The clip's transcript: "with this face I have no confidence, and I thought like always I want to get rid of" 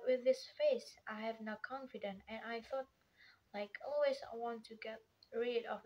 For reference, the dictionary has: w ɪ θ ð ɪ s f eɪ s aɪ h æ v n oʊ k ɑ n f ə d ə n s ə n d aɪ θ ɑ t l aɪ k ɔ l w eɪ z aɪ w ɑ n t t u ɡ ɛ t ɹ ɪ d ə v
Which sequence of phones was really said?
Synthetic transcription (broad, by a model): w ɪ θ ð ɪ s f eɪ s aɪ h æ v n oʊ k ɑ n f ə d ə n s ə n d aɪ θ ɑ t l aɪ k ɔ l w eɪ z aɪ w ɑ n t t u ɡ ɛ t ɹ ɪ d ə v